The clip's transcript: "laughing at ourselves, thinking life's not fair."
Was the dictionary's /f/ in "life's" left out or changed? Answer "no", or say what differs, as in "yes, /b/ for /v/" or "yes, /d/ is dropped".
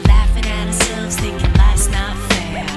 yes, /f/ is dropped